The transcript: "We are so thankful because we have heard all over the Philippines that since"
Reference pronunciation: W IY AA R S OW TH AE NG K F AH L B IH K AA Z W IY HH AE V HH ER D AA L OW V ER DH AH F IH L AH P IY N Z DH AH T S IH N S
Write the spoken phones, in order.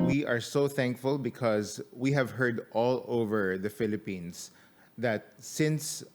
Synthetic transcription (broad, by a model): W IY AA R S OW TH AE NG K F AH L B IH K AA Z W IY HH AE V HH ER D AA L OW V ER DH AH F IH L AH P IY N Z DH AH T S IH N S